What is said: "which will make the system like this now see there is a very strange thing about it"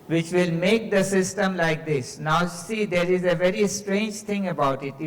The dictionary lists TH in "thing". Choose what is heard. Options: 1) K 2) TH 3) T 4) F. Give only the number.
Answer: 3